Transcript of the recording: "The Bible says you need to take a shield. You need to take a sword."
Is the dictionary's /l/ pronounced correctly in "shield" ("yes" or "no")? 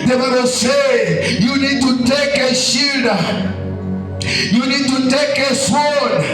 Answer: no